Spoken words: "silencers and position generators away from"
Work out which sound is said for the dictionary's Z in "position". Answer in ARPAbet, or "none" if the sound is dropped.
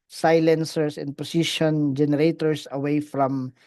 S